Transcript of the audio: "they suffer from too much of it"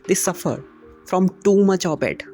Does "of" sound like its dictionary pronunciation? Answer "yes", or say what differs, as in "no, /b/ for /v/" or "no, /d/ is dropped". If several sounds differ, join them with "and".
no, /b/ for /v/